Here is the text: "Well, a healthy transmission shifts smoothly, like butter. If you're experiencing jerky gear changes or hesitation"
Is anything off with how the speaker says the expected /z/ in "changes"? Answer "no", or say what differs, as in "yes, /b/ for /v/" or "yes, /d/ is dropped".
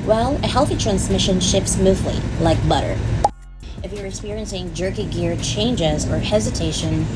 no